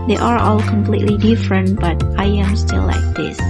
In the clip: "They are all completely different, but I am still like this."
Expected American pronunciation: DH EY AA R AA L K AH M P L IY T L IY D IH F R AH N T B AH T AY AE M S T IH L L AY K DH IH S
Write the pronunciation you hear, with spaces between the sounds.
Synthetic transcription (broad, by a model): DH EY AA R AA L K AH M P L IY T L IY D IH F R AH N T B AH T AY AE M S T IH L L AY K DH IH S